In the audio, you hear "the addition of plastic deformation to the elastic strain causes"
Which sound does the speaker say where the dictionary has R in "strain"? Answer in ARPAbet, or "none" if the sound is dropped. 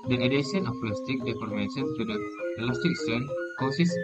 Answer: none